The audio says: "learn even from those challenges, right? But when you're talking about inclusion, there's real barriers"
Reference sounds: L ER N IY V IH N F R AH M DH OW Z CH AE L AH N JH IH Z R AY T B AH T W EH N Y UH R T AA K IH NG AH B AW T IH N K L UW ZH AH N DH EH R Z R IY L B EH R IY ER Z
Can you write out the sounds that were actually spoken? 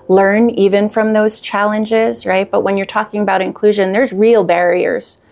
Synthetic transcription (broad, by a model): L ER N IY V IH N F R AH M DH OW Z CH AE L AH N JH IH Z R AY T B AH T W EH N Y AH R T AA K IH NG AH B AW T IH N K L UW ZH AH N DH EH R Z R IY L B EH R IY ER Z